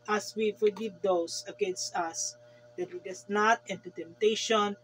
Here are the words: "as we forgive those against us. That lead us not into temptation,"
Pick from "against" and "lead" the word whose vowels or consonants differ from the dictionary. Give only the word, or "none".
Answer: lead